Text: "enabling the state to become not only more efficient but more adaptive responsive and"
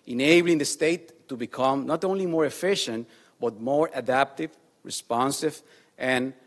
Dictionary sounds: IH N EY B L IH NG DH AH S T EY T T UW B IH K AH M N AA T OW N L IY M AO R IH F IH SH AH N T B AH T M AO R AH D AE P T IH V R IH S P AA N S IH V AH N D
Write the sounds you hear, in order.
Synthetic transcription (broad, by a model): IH N EY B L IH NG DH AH S T EY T T UW B IH K AH M N AA T OW N L IY M AO R IH F IH SH AH N T B AH T M AO R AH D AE P T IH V R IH S P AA N S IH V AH N